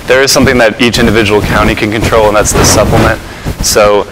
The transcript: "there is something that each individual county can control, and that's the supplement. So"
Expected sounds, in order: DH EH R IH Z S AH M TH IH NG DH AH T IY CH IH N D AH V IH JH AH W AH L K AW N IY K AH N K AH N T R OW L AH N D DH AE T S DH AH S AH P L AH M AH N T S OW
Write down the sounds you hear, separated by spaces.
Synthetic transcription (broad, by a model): DH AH R IH Z S AH M TH IH NG DH AH T IY CH IH N D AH V IH JH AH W L K AW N IY K AH N K AH N T R OW L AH N DH AE T S DH AH S AH P L AH M AH N T S OW